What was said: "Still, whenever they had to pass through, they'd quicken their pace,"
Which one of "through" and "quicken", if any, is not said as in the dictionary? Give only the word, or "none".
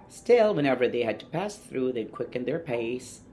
none